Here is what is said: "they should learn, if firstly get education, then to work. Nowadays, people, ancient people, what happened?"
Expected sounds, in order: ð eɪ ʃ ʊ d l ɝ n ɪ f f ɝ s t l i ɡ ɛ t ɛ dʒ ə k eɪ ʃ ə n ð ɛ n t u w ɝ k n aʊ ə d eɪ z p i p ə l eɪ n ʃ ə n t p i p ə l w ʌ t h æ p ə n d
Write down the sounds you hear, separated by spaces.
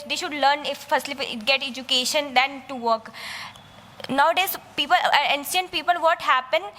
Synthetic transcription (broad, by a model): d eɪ ʃ ʊ d l ɝ n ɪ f f ɝ s t l i ɡ ɛ t ɛ dʒ ə k eɪ ʃ ə n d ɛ n t u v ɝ k n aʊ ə d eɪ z p i p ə l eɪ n s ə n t p i p ə l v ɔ t h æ p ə n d